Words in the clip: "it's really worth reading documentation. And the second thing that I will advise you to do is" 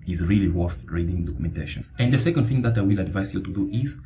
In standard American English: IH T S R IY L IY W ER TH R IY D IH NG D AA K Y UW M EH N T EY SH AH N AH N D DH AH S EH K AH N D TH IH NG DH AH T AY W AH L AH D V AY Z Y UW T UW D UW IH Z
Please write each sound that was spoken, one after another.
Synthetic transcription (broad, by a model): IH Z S R IY L IY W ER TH R IY D IH NG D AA K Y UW M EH N T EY SH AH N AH N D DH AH S EH K AH N D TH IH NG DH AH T AY W AH L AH D V AY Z Y UW T UW D UW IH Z